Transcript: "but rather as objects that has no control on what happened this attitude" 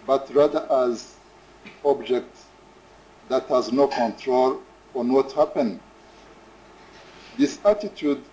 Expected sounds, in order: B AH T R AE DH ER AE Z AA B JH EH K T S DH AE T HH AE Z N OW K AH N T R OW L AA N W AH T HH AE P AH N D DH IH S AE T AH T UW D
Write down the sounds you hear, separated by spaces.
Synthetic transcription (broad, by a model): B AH T R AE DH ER AE Z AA B JH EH K T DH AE T HH AE Z N OW K AH N T R OW L AA N W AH T HH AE P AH N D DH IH S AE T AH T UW D